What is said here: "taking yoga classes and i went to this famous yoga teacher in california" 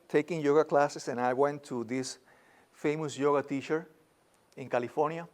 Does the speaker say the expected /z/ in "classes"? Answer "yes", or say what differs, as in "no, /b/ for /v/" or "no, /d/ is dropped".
no, /s/ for /z/